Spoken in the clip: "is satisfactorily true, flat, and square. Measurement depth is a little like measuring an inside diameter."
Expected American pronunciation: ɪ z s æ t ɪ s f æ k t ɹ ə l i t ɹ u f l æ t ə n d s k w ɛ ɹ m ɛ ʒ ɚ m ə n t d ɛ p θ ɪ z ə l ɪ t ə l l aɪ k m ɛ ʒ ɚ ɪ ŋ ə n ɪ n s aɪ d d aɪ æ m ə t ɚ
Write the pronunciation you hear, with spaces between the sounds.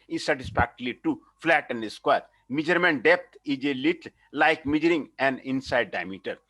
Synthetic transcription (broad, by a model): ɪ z s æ t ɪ s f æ k t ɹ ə l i t u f l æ t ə n d s k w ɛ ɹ m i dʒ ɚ m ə n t d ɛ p t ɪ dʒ ə l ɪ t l l aɪ k m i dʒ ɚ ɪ ŋ ə n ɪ n s aɪ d d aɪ m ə t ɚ